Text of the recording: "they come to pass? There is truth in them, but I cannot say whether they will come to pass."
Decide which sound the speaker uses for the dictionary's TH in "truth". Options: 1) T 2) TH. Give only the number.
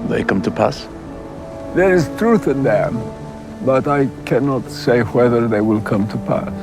2